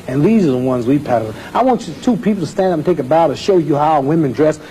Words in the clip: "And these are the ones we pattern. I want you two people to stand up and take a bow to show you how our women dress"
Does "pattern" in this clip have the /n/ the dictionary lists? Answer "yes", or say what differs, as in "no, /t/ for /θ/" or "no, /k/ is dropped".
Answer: no, /n/ is dropped